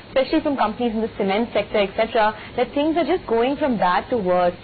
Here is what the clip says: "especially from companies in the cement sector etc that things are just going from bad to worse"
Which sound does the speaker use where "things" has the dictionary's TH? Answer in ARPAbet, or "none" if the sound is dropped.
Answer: T